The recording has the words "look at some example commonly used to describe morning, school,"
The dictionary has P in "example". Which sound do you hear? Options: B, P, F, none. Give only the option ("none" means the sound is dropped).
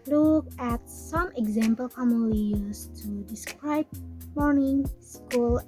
P